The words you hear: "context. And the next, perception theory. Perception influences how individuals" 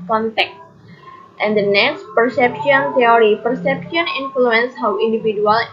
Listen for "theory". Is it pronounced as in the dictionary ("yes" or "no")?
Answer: no